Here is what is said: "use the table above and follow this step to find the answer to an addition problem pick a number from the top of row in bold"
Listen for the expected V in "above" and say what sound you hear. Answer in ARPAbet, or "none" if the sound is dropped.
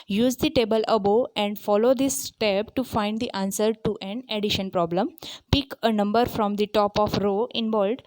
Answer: none